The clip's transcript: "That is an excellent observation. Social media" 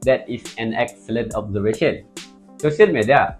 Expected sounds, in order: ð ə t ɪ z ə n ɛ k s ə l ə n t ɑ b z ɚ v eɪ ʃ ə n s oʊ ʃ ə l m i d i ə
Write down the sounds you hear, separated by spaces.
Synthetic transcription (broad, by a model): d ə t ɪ s ə n ɛ k s ə l ə n t ɑ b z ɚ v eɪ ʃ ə n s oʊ s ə n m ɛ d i